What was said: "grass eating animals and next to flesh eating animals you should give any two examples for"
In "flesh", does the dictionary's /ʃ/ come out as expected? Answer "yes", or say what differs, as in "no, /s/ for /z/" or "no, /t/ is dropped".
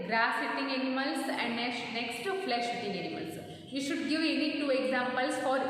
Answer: yes